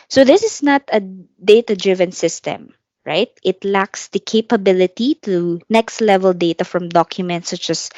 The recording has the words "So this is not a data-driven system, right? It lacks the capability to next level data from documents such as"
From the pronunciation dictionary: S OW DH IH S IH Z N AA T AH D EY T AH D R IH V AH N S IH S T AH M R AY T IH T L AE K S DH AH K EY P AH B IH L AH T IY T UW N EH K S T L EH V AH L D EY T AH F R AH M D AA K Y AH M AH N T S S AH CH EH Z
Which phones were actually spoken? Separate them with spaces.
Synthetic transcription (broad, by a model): S OW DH IH S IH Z N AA T AH D EY T AH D R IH V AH N S IH S T AH M R AY T IH T L AE K S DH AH K EY P AH B IH L AH T IY T UW N EH K S T L EH V AH L D EY T AH F R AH M D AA K Y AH M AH N T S S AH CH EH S